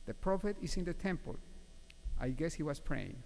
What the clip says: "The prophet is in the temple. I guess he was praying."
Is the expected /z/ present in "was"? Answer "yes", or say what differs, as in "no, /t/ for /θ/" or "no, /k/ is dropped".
no, /s/ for /z/